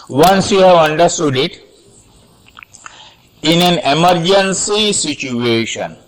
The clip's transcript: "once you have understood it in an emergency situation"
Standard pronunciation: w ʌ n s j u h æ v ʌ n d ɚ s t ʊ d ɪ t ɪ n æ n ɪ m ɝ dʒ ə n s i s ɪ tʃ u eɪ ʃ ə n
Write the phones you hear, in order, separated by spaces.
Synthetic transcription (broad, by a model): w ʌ n s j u h æ v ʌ n d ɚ s t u d ɪ t ɪ n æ n ɪ m ɝ dʒ ə n s i s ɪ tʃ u eɪ ʃ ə n